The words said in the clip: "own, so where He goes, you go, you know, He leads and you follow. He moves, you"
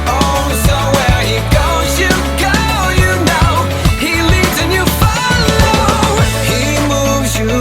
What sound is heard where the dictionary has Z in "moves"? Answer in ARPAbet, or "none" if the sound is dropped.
Z